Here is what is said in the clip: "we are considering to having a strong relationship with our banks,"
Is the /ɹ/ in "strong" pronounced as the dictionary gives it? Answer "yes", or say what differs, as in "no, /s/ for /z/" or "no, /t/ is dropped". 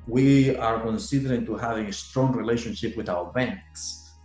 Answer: yes